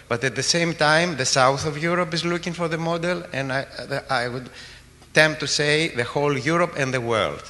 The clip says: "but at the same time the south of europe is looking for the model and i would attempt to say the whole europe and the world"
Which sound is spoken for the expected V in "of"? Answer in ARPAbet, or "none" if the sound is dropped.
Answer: V